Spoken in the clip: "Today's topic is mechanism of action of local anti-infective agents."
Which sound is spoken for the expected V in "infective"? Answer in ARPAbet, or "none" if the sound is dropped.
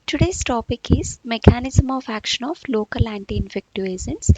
none